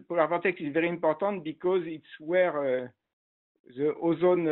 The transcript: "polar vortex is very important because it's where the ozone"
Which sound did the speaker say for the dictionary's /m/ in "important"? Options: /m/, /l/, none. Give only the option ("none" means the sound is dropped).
none